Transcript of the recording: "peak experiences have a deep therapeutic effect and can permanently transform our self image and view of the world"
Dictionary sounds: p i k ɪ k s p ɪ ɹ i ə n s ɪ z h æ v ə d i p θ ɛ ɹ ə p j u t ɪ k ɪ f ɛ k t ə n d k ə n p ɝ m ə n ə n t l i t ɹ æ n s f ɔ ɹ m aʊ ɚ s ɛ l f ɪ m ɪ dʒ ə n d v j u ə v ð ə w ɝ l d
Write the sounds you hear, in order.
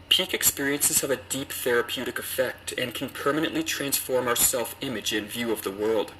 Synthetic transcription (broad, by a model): p i k ɪ k s p ɪ ɹ i ə n s ɪ z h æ v ə d i p θ ɛ ɹ ə p j u t ɪ k ɪ f ɛ k t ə n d k n p ɝ m ə n ə n t l i t ɹ æ n s f ɔ ɹ m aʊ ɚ s ɛ l f ɪ m ɪ dʒ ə n v j u ə v ð ə w ɝ l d